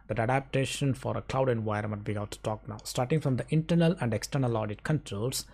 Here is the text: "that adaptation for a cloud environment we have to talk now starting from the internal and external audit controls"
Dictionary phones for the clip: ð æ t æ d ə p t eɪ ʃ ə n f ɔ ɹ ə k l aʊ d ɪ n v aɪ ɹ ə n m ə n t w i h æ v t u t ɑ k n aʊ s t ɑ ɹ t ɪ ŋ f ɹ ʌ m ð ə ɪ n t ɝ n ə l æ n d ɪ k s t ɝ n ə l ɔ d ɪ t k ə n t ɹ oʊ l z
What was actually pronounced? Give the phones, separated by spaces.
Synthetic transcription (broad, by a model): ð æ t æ d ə p t eɪ ʃ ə n f ɔ ɹ ə k l aʊ d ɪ n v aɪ ə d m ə t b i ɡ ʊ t t u t ɑ k n aʊ s t ɑ ɹ t ɪ ŋ f ɹ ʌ m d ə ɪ n t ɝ n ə l æ n d ɪ k s t ɝ n ə l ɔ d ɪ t k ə n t ɹ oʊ l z